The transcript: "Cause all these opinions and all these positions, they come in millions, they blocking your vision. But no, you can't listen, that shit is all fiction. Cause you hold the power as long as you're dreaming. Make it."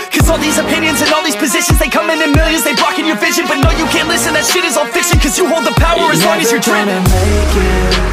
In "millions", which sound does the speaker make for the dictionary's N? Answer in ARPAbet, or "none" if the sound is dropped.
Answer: none